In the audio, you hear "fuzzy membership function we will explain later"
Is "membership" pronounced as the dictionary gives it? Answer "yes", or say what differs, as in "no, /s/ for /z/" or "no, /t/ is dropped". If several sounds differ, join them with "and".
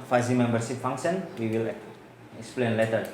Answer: no, /s/ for /ʃ/